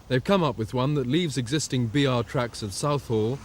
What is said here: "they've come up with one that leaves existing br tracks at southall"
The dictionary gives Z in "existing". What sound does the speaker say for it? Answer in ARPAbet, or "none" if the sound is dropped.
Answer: Z